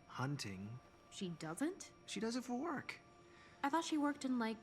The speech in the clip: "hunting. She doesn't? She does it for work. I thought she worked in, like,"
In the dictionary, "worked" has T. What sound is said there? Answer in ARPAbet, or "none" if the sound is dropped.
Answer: T